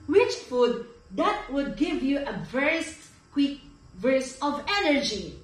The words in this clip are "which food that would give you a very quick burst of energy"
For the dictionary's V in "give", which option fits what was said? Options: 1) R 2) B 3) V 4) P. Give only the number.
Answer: 3